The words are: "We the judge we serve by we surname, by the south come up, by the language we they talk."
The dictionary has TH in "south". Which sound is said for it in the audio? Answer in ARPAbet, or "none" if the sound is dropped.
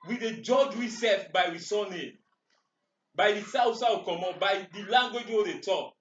S